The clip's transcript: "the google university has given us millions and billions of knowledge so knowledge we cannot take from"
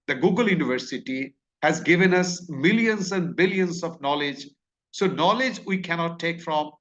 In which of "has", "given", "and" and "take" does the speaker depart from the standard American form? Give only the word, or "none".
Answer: none